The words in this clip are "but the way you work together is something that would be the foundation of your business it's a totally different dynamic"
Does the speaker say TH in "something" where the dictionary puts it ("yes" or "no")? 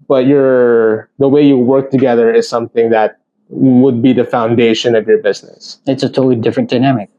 yes